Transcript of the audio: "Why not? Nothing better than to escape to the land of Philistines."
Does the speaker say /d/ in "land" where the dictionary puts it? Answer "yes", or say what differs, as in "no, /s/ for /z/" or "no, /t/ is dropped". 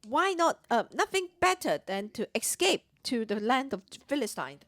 yes